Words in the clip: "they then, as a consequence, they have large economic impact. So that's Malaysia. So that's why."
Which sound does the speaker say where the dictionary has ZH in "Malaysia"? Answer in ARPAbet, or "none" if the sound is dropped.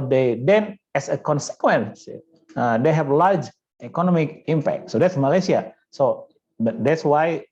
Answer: S